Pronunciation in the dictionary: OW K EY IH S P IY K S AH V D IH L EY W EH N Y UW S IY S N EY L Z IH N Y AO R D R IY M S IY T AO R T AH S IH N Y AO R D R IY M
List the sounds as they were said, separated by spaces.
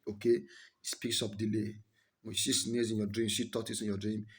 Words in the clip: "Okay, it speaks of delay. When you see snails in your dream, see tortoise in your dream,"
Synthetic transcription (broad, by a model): OW K EY S P IY K S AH P D IH L EY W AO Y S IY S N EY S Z IH N Y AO D R IY M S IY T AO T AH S IH N Y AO D R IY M